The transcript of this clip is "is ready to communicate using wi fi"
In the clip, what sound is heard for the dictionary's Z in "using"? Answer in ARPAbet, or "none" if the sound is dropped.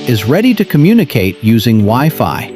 Z